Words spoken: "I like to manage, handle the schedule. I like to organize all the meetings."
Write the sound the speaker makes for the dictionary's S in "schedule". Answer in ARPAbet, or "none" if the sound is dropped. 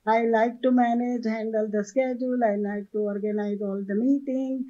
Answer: S